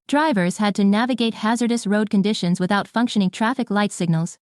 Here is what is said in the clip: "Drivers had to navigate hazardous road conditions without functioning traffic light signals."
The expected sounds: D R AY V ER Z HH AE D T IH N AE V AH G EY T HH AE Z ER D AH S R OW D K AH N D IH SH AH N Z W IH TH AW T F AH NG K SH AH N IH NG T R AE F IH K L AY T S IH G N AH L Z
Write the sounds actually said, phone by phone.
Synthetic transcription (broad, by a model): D R AY V ER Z HH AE D T IH N AE V AH G EY T HH AE Z ER D AH S R OW D K AH N D IH SH AH N Z W IH TH AW T F AH NG K SH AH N IH NG T R AE F IH K L AY T S IH G N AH L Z